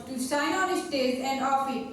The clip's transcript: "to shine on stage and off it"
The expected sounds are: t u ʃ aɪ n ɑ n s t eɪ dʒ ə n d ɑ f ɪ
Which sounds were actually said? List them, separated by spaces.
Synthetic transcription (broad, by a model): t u s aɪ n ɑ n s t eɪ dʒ ə n d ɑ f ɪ